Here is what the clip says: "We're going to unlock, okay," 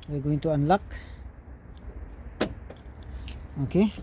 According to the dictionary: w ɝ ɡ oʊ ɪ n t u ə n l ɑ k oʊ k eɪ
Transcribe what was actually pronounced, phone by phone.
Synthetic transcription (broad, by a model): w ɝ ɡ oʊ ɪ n t u ə n l ɑ k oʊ k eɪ